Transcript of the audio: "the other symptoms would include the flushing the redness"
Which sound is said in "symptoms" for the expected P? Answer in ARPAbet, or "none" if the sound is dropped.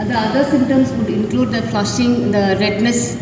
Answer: none